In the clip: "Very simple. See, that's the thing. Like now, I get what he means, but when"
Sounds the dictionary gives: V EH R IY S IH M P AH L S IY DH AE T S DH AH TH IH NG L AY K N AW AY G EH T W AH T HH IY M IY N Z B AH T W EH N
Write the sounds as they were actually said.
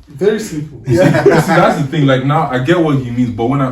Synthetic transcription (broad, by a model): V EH R IY S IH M P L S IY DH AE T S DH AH TH IH NG L AY K N AW AY G EH T W AH T HH IY M IY N Z B AH T W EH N